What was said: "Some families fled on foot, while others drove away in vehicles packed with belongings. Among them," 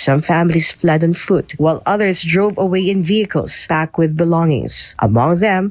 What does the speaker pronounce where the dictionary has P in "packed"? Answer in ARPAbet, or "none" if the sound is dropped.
B